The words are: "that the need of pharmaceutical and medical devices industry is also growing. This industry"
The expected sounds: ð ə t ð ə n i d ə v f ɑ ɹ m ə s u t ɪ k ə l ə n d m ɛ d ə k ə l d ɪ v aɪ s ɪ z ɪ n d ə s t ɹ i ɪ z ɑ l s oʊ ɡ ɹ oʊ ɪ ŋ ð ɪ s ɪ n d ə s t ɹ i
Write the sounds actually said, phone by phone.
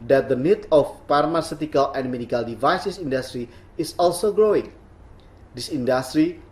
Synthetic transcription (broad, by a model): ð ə t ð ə n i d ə f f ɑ ɹ m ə s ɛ t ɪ k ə l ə n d m ɛ d ə k ə l d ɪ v aɪ s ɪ s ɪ n d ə s t ɹ i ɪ s ɑ l s oʊ ɡ ɹ oʊ ɪ ŋ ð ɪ s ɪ n d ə s t ɹ i